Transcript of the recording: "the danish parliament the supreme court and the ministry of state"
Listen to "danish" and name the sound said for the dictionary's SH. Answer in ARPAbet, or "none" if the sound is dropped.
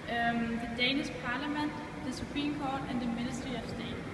S